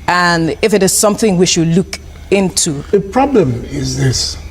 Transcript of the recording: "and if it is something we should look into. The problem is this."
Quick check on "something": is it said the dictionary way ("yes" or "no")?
yes